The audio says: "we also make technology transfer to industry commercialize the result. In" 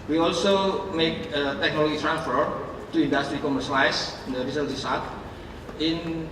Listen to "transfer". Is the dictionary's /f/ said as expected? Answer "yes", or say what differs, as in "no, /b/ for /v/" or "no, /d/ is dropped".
yes